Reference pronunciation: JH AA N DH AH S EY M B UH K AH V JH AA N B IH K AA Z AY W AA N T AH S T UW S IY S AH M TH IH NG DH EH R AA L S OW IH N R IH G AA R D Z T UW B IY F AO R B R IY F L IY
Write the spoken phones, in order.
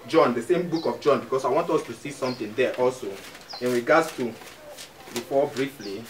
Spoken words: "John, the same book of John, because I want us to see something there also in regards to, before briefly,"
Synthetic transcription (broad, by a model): JH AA N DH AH S EY M B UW K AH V JH AA N B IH K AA S AY W AA N T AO S T UW S IY S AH M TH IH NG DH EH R AA L S OW IH N R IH G AA D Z T UW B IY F AO B R IY F L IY